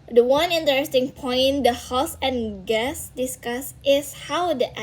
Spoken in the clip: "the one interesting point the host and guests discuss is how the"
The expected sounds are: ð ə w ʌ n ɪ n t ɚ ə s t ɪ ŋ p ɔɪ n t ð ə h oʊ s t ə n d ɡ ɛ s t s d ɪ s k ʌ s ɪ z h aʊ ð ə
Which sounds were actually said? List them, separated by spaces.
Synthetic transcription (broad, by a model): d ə w ʌ n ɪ n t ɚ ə s t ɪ ŋ p ɔɪ n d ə h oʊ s ə n ɡ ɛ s s d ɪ s k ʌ s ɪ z h aʊ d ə